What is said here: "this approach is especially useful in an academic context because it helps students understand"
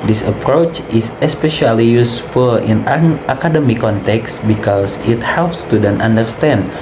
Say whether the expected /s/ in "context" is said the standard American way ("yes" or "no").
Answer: yes